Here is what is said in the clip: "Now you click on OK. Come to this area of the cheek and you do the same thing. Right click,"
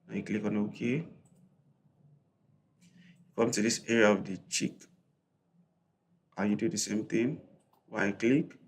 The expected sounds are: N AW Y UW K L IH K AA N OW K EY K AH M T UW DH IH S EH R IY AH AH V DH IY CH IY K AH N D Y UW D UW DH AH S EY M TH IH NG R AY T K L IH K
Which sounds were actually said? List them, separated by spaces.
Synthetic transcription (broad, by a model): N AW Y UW K L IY K AA N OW K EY K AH M T UW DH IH S EH R IY AH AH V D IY CH IY K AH Y UW D UW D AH S EY M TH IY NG W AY K L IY K